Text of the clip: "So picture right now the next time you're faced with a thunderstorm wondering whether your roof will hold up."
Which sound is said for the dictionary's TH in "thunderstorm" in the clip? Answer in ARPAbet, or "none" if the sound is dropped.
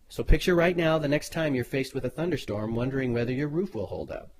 TH